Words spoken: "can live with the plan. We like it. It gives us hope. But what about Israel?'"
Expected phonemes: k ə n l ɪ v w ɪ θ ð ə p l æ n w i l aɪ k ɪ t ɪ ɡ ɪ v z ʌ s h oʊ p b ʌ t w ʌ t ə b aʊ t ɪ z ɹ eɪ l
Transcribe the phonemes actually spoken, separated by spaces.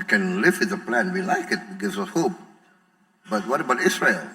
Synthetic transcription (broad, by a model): k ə n l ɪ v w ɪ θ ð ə p l æ n w i l aɪ k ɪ t ɪ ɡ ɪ z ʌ h oʊ p b ʌ t w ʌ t ə b aʊ t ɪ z ɹ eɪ l